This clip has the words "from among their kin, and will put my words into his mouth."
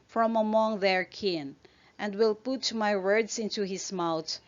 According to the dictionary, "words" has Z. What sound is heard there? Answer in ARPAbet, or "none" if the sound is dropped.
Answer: S